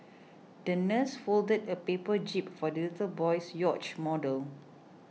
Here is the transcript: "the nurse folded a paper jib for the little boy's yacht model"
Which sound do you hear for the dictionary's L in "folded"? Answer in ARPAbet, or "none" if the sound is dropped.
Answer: L